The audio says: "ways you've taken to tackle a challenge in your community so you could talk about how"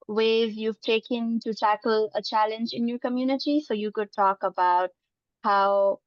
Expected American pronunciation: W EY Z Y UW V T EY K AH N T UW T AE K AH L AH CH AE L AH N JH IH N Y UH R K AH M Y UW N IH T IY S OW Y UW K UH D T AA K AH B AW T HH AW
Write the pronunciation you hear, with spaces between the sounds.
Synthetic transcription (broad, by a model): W EY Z Y UW V T EY K AH N T UW T AE K AH L AH CH AE L AH N JH IH N Y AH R K AH M Y UW N IH T IY S OW Y UW K UH D T AA K AH B AW T HH AW